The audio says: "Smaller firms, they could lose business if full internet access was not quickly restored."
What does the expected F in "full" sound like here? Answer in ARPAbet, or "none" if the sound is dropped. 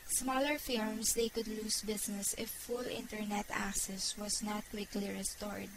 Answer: F